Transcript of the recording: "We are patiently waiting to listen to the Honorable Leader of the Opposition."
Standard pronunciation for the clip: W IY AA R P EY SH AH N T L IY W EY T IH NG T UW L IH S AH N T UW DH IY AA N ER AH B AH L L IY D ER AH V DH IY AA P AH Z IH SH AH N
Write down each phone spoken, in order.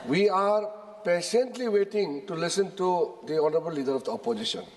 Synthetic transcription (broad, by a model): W IY AA R P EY S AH N T L IY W EY T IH NG T UW L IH S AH N T UW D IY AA N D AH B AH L L IY D ER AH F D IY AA P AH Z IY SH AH N